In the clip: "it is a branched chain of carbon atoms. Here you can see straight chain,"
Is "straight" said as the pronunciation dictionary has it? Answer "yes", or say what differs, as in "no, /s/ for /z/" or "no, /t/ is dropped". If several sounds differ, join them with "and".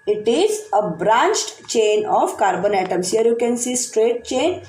yes